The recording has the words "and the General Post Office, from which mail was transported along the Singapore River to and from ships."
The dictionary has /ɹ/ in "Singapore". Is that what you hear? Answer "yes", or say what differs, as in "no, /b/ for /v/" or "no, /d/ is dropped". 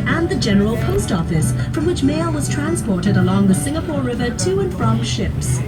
yes